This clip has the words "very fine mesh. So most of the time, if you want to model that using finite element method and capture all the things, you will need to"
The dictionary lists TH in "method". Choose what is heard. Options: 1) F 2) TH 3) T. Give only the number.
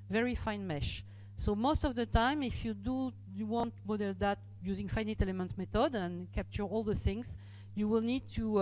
3